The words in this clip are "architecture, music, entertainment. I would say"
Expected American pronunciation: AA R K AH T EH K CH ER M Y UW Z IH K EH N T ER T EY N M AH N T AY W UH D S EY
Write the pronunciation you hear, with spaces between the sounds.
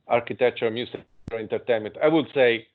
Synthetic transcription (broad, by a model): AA R K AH T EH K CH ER M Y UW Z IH EH N T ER T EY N M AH N T AY W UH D S EY